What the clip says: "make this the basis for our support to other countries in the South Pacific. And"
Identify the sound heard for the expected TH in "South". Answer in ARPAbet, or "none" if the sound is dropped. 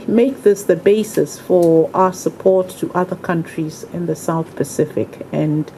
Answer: TH